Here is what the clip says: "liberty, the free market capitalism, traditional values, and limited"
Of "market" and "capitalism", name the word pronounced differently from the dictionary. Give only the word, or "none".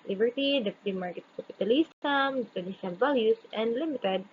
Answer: capitalism